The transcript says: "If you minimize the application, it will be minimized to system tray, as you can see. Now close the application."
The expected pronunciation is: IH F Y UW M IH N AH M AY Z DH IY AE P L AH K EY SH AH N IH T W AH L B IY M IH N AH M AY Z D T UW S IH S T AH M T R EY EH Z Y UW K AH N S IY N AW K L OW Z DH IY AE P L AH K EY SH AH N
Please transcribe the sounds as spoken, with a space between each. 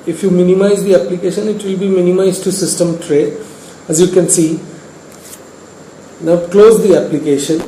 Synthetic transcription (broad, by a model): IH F Y UW M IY N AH M AY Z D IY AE P L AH K EY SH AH N IH T W AH L B IY M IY N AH M AY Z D T UW S IH S T AH M T R EY EH Z Y UW K AH N S IY N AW K L OW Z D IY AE P L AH K EY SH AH N